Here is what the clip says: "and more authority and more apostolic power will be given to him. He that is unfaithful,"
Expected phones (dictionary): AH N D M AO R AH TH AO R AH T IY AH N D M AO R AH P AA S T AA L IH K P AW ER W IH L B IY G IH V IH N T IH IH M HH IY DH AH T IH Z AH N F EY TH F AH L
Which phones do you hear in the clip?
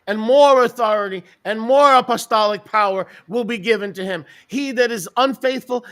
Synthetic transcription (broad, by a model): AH N M AO R AH TH AO R AH T IY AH N M AO R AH P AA S T AA L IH K P AW ER W IH L B IY G IH V IH N T IH IH M HH IY DH AH T IH Z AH N F EY TH F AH L